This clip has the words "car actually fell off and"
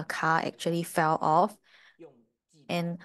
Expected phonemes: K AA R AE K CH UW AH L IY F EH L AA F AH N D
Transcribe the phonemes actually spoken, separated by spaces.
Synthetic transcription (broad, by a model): K AA AE K CH UW AH L IY F EH L AA F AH N